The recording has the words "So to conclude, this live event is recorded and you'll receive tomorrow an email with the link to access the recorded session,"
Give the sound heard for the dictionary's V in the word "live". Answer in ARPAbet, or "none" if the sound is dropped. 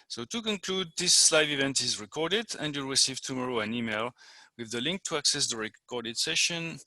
V